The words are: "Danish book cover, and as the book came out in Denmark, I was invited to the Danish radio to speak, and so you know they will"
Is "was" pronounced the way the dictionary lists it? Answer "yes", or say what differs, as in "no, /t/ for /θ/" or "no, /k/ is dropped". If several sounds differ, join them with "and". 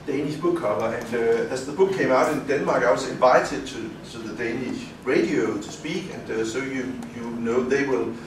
no, /s/ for /z/